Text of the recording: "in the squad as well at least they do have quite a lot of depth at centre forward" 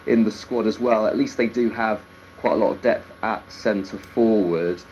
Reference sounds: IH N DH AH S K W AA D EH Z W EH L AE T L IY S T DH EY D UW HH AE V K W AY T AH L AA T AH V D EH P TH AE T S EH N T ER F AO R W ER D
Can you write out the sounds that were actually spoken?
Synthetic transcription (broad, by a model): IH N DH AH S K W AA D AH Z W EH L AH T L IY S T DH EY D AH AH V K W AY T AH L AA T AH V D EH P TH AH T S EH N T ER F AO W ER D